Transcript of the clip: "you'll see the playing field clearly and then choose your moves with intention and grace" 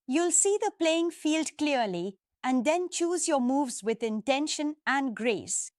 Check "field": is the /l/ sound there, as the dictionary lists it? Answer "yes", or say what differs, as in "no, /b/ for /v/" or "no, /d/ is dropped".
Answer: yes